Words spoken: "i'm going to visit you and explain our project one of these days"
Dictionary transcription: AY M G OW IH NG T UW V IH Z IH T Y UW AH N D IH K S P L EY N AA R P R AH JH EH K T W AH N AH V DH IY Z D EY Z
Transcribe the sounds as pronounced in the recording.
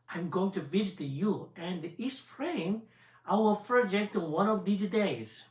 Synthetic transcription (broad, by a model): AY M G OW IH NG T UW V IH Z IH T Y UW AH N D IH S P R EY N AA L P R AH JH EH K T W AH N AH V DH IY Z D EY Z